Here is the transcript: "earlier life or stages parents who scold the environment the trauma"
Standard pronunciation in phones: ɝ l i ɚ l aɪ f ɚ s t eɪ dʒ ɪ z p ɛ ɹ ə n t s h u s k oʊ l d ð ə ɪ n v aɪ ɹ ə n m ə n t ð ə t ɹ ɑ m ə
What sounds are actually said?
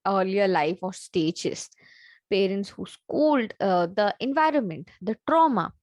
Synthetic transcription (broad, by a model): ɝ l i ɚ l aɪ f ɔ s t eɪ dʒ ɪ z p ɛ ɹ ə n t s h u s k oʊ l d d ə ɪ n v aɪ ɹ ə n m ə n t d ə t ɹ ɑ m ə